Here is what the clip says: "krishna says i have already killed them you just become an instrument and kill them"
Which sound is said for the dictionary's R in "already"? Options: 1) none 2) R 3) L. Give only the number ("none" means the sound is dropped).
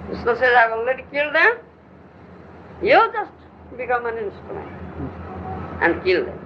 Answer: 1